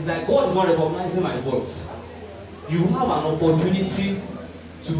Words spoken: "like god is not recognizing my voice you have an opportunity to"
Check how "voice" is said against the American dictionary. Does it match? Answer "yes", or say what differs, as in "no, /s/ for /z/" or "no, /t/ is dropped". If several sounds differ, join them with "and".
no, /w/ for /v/